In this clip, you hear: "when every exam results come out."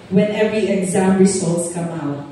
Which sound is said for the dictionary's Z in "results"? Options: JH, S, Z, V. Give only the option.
S